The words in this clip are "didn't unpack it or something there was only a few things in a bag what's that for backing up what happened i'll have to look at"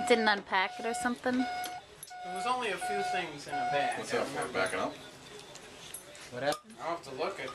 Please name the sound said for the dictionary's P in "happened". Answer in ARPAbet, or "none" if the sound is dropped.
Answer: none